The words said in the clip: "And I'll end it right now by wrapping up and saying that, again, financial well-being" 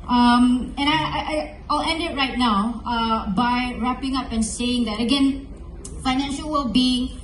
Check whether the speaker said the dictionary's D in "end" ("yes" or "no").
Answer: yes